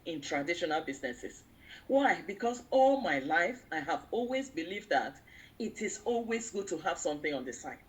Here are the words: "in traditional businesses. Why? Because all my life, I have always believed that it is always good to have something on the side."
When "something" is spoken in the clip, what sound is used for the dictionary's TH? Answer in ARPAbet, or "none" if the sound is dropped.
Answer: TH